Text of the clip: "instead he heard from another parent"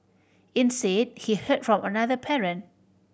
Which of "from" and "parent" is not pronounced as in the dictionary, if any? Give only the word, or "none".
parent